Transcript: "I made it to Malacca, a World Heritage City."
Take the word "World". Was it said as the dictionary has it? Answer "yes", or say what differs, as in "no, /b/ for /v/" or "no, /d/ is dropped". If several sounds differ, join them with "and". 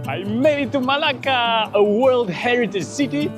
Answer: yes